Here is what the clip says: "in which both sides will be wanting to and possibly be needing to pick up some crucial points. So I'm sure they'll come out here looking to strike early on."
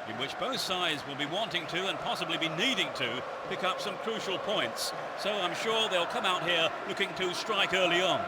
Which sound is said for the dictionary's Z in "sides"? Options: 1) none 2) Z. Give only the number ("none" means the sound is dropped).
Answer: 2